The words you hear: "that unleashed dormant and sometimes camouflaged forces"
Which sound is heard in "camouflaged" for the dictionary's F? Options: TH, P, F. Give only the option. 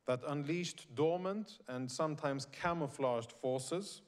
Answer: F